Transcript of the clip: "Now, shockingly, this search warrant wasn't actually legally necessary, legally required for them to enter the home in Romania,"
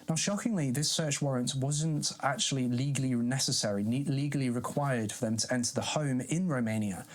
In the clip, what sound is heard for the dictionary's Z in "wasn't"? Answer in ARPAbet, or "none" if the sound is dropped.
Z